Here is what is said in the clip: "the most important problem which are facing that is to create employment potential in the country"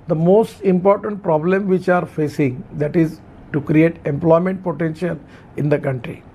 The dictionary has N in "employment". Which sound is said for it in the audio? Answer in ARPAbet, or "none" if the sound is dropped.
N